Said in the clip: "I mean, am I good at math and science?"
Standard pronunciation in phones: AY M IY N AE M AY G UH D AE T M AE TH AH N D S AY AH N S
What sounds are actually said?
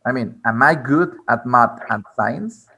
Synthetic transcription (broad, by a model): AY M IY N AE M AY G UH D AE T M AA T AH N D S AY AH N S